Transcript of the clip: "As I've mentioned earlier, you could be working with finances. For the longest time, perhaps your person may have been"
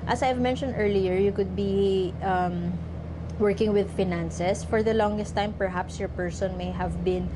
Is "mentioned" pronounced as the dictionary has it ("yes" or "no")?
yes